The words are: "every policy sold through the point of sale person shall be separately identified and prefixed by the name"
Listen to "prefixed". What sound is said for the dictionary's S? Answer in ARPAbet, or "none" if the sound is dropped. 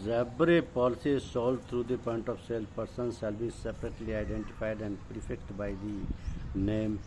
none